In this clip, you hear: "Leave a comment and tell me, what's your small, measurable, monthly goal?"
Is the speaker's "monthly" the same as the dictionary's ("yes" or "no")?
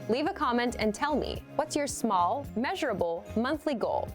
yes